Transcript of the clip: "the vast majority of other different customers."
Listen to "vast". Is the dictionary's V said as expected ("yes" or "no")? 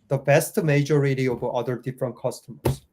no